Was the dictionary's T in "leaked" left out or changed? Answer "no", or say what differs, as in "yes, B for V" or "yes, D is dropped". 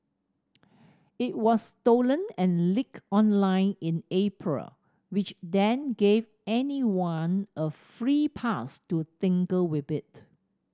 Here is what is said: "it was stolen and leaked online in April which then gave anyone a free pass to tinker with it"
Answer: yes, T is dropped